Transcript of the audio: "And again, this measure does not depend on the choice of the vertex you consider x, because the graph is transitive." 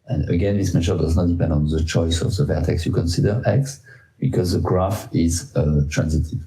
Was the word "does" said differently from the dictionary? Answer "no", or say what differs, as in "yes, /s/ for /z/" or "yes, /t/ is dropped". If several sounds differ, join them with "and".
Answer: no